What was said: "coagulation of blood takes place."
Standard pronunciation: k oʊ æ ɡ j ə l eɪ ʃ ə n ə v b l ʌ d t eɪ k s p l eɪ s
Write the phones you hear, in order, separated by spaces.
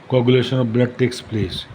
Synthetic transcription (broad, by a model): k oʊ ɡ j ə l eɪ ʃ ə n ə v b l ʌ d t eɪ k s p l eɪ s